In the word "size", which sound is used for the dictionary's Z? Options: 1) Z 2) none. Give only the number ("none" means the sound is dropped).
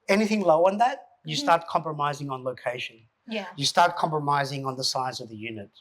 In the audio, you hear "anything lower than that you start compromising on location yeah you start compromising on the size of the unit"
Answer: 1